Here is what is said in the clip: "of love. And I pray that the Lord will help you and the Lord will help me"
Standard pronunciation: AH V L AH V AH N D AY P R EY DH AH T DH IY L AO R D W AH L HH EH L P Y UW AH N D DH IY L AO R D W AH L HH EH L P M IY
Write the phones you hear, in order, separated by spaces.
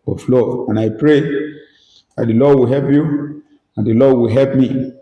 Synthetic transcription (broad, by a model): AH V L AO AH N AY P R EY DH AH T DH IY L AO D W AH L HH EH L P Y UW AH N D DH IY L AO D W AH L HH EH L P M IY